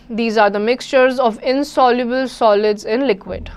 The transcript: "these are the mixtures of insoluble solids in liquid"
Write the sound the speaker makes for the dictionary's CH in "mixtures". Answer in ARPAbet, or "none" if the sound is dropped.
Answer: CH